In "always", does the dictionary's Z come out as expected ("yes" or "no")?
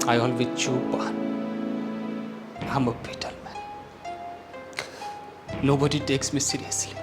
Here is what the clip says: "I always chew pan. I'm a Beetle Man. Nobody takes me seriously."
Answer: no